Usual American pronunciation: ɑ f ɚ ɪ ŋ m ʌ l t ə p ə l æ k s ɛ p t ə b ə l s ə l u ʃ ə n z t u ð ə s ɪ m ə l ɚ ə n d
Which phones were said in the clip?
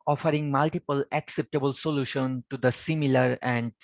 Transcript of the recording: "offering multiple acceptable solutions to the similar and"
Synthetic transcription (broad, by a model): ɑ f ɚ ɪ ŋ m ʌ l t ə p ə l æ k s ɛ p t ə b ə l s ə l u ʃ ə n t u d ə s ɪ m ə l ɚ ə n d